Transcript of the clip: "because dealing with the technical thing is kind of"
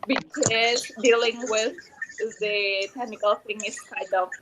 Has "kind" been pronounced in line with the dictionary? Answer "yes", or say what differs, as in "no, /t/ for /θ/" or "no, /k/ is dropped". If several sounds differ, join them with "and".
no, /n/ is dropped